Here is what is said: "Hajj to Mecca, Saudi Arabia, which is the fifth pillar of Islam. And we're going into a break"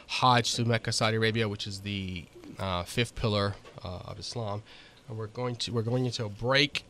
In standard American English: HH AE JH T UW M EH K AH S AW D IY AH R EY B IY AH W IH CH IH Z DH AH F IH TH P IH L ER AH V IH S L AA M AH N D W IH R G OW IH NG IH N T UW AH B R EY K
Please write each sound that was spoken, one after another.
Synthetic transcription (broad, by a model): HH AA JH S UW M EH K AH S AW D IY AH R EY B IY AH W IH CH IH Z DH AH F IH F P IH L ER AH V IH S L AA M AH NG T W IH R G OW IH NG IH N T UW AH B R EY K